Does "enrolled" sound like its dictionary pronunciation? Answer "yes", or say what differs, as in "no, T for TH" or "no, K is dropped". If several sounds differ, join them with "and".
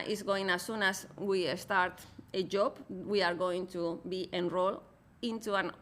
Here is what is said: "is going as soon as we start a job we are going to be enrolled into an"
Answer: no, D is dropped